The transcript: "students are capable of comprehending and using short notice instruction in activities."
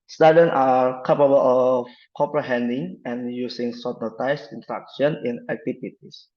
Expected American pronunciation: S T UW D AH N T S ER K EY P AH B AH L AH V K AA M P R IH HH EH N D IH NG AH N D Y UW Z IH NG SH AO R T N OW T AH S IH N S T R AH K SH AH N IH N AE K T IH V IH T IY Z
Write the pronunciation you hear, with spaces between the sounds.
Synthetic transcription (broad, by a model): S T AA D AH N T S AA K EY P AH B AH L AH F K AA M P R IH HH EH N D IH NG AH N Y UW S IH NG S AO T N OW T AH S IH N T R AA K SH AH N IH N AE K T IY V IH T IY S